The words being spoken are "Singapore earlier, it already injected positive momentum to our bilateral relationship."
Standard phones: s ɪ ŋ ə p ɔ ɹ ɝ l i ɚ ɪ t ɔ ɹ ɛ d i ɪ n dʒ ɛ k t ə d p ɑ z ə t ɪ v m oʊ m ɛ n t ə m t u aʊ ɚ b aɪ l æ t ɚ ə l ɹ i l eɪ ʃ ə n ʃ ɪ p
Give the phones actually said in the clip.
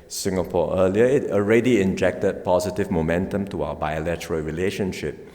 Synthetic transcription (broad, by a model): s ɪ ŋ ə p ɔ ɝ l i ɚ ɪ t ɔ ɹ ɛ d i ɪ n dʒ ɛ k t ə d p ɑ z ə t ɪ v m oʊ m ɛ n t ə m t u aʊ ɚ b aɪ l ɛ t ɚ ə l ɹ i l eɪ ʃ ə n ʃ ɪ p